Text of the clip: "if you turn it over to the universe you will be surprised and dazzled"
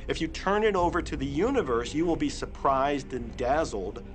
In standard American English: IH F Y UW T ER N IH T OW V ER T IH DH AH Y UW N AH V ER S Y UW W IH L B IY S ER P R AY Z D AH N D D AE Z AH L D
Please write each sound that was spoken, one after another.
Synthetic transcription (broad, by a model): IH F Y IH T ER N IH T OW V ER T IH DH AH Y UW N AH V ER S Y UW W IH L B IY S ER P R AY Z D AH N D D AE Z L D